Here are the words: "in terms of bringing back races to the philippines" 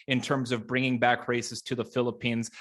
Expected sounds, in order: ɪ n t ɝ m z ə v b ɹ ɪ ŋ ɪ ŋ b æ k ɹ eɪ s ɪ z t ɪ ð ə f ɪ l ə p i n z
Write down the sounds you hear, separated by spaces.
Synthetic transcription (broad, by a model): ɪ n t ɝ m z ə v b ɹ ɪ ŋ ɪ ŋ b æ k ɹ eɪ s ɪ z t ɪ ð ə f ɪ l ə p i n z